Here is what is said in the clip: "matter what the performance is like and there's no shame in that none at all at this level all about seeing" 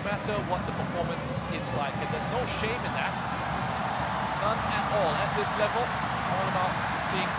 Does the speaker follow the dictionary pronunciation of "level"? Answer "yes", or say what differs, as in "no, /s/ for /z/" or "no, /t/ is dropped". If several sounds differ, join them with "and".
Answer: yes